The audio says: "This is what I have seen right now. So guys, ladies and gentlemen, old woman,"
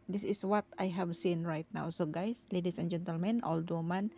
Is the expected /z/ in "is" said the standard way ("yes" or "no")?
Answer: no